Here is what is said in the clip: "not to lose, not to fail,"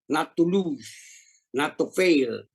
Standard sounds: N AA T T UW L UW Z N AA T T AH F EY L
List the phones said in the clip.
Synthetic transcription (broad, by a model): N AA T T UW L UW N AA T T AH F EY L